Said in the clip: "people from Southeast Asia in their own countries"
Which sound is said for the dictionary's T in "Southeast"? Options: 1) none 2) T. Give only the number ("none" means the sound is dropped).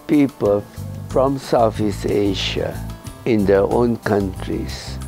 1